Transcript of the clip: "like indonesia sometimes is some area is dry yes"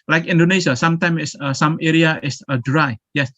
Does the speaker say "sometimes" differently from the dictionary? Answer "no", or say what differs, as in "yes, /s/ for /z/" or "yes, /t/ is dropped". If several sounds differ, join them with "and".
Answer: yes, /z/ is dropped